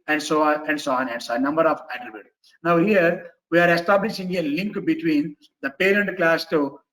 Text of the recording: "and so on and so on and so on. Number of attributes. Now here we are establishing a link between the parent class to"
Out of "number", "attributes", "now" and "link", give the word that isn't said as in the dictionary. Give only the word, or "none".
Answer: attributes